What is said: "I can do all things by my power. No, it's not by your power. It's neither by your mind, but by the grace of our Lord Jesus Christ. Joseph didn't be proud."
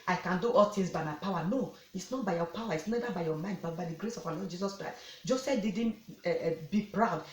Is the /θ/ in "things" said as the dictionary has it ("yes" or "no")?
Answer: no